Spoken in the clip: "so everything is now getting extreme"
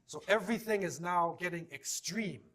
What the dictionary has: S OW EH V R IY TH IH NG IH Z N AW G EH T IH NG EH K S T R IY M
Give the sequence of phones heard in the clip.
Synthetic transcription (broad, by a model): S OW EH V R IY TH IH NG IH Z N AW G EH T IH NG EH K S T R IY M